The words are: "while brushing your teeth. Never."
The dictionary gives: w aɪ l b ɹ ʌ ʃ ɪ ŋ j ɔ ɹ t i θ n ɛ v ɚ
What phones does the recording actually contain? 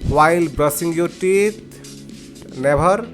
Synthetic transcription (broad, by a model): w aɪ l b ɹ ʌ s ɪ ŋ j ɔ t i t n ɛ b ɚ